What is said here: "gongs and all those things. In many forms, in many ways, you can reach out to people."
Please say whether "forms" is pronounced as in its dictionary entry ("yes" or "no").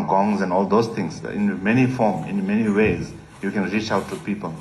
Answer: no